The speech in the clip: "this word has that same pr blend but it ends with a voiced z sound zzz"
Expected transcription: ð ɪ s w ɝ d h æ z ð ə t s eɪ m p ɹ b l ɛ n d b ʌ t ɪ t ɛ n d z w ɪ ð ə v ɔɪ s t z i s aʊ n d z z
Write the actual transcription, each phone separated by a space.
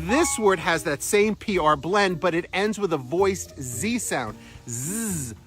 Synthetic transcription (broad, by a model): ð ɪ s w ɝ d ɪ z ð ə t s eɪ m p ɹ b l ɛ n d b ʌ t ɪ t ɛ n d z w ɪ ð ə v ɔɪ s t z i s aʊ n d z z